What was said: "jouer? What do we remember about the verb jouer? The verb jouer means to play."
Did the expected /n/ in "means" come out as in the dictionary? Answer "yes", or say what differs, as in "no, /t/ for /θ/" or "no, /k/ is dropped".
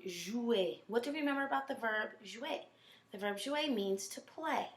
yes